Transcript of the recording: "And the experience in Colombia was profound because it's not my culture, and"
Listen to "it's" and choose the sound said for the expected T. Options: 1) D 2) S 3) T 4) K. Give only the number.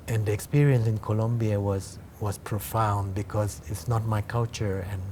3